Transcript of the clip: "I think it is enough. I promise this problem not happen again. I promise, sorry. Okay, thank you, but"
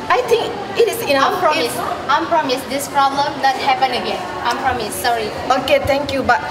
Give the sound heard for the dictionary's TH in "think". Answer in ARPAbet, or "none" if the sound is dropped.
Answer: T